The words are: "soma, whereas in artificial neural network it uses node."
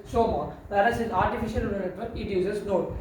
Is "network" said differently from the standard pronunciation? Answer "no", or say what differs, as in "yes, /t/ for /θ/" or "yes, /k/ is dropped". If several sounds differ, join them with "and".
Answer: yes, /k/ is dropped